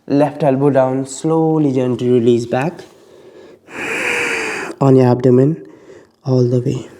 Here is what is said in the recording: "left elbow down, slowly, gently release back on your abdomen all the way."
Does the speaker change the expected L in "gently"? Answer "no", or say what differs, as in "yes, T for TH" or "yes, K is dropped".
yes, L is dropped